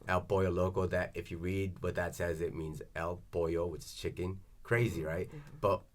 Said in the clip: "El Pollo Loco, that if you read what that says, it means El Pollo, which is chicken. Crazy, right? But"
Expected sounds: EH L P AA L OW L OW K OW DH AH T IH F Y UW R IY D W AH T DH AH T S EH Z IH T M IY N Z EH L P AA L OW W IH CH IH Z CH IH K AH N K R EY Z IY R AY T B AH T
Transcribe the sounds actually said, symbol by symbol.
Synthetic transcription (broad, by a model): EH L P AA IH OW L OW K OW DH AH T IH F Y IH R IY D W AH T DH AH T S EH Z IH T M IY N Z EH L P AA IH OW W IH CH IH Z CH IH K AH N K R EY Z IY R AY T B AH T